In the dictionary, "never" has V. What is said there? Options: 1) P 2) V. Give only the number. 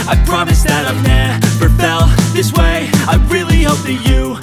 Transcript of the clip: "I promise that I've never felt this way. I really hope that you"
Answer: 1